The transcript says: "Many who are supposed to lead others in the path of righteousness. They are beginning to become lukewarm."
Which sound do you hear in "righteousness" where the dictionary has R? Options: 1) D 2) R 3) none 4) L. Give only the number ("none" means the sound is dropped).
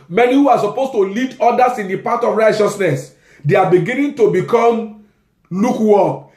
2